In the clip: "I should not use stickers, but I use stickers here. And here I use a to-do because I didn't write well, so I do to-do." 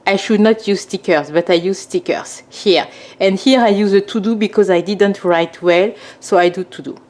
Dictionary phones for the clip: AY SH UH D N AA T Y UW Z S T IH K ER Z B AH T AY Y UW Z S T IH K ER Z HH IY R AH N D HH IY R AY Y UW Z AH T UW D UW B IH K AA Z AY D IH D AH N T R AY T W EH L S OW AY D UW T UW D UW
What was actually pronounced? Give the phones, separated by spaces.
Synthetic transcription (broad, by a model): AY SH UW D N AA T Y UW Z S T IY K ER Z B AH T AY Y UW Z S T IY K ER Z HH IY R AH N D HH IY R AY Y UW Z AH T UW D UW B IH K AA Z AY D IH D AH N T R AY T W EH L S OW AY D UW T UW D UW